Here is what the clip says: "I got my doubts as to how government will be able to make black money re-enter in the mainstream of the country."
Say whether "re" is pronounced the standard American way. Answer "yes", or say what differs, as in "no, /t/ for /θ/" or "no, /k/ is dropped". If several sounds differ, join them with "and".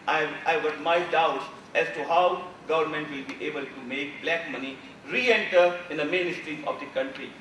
yes